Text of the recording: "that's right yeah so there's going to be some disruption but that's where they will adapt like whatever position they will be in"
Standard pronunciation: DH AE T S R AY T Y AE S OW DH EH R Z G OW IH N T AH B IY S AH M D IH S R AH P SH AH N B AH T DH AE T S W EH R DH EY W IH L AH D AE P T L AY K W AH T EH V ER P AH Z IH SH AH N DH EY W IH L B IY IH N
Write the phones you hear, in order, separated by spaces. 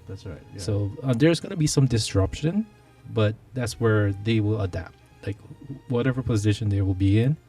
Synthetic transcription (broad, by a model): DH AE T S R AY T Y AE S OW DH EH R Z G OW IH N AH B IY S AH M D IH S R AH P SH AH N B AH T DH AE T S W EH R DH EY W IH L AH D AE P T L AY K W AH T EH V ER P AH Z IH SH AH N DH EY W IH L B IY IH N